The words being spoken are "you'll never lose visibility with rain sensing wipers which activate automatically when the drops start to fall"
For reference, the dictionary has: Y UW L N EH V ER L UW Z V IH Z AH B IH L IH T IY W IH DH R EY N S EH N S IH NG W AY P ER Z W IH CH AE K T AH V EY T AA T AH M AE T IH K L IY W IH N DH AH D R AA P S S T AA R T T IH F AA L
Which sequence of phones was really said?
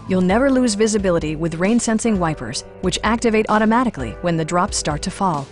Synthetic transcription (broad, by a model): Y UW L N EH V ER L UW Z V IH Z AH B IH L IH T IY W IH DH R EY N S EH N S IH NG W AY P ER Z W IH CH AE K T AH V EY T AA T AH M AE T IH K L IY W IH N DH AH D R AA P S S T AA R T T IH F AA L